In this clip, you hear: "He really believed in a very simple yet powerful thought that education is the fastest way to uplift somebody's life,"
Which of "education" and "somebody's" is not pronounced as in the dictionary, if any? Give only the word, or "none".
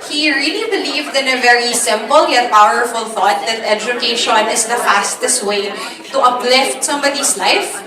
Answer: somebody's